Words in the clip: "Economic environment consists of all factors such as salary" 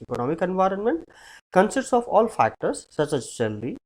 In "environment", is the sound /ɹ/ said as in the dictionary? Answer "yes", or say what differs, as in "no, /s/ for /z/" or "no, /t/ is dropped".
yes